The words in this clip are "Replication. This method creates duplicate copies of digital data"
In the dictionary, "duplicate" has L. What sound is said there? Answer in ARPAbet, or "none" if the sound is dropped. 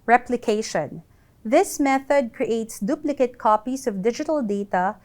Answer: L